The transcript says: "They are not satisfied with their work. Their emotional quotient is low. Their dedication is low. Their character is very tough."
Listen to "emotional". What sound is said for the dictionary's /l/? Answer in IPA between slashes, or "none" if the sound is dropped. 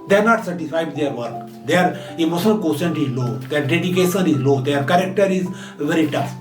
/n/